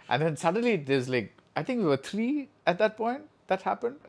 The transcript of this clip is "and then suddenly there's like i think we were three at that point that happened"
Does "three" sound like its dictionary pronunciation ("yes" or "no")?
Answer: no